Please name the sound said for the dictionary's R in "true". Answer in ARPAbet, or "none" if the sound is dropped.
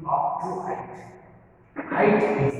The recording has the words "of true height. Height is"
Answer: none